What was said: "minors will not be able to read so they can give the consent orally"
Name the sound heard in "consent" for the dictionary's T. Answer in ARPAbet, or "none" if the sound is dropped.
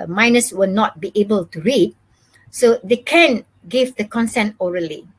T